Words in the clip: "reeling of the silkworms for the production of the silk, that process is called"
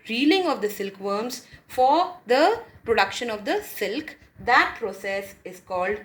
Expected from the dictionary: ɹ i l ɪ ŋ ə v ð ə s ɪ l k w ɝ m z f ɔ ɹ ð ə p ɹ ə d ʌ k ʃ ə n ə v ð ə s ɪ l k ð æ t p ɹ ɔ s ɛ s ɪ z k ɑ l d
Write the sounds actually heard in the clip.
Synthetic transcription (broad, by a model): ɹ i l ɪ ŋ ə v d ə s ɪ l k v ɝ m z f ɔ ɹ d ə p ɹ ə d ʌ k ʃ ə n ə v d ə s ɪ l k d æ t p ɹ ɔ s ɛ s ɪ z k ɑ l d